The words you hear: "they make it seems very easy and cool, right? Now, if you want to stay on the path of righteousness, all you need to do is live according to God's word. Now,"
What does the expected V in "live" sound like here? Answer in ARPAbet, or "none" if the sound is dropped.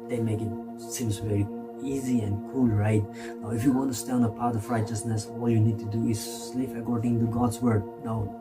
P